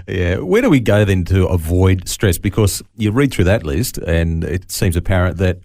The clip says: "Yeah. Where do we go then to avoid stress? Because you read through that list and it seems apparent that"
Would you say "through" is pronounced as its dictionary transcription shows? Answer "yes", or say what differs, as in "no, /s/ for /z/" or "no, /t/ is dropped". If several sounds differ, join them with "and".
yes